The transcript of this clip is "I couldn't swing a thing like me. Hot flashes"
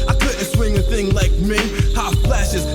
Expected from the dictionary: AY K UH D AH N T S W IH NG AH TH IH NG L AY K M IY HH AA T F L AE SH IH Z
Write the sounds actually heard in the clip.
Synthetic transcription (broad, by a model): AY K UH D N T S W IH NG AH TH IH NG L AY K M IY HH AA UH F L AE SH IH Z